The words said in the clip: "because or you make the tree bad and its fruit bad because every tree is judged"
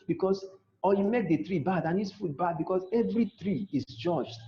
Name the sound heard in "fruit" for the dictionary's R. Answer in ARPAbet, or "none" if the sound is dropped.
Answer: none